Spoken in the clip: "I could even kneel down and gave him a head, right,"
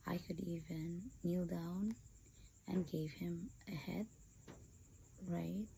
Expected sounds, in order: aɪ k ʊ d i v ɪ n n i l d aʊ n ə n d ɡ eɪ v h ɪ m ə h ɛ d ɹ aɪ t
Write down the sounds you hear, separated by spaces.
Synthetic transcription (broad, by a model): aɪ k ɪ d i v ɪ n n i l d aʊ n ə n ɡ eɪ v h ɪ m ə h ɛ d ɹ aɪ t